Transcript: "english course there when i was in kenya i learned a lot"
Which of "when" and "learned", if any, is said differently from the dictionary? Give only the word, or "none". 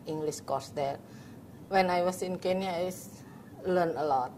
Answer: learned